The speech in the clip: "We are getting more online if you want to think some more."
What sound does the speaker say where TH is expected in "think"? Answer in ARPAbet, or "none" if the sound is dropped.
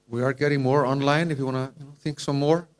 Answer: T